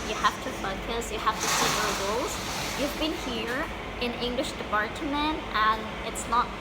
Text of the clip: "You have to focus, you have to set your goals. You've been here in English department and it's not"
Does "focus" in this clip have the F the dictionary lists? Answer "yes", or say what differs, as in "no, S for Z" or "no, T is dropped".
yes